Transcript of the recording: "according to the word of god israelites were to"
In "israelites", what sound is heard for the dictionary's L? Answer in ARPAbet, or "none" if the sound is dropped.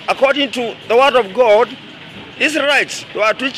none